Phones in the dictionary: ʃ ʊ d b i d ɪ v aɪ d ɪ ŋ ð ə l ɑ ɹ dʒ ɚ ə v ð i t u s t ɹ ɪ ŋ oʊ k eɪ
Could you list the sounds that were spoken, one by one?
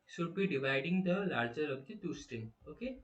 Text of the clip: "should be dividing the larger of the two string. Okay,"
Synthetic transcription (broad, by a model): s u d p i d ɪ v aɪ d ɪ ŋ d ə l ɑ ɹ dʒ ɚ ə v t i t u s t ɛ oʊ k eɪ